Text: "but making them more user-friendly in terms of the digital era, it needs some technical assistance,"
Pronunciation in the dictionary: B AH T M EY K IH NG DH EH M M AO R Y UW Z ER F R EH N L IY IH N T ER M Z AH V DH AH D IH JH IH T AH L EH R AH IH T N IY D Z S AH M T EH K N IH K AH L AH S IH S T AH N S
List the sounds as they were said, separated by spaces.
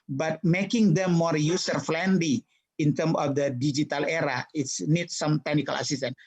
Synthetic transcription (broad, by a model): B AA T M EY K IH NG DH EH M M AO R Y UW S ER F L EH N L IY IH N T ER M AH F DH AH D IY JH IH T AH L EH R AH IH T N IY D S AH M T EH K N IH K AH L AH S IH S T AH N